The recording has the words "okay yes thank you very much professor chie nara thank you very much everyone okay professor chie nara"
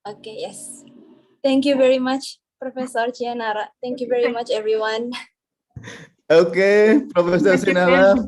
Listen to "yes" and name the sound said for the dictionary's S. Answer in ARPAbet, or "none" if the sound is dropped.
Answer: S